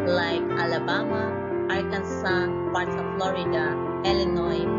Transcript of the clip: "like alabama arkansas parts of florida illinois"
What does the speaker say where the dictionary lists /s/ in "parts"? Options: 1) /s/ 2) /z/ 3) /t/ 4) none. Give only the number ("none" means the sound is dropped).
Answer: 4